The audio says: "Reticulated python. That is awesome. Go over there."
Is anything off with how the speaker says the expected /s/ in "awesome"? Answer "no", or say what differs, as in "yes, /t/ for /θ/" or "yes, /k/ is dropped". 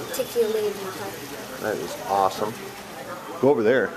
no